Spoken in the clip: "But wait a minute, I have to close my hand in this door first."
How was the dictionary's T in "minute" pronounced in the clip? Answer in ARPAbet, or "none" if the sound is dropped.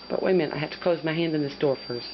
none